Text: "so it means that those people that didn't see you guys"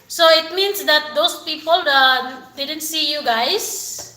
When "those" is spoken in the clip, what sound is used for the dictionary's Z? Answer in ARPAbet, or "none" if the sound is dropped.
S